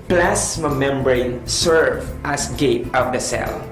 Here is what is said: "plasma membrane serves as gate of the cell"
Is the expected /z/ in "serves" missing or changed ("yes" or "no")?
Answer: yes